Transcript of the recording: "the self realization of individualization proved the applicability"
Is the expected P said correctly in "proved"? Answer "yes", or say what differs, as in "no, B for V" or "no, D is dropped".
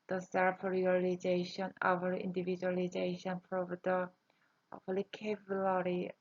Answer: no, F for P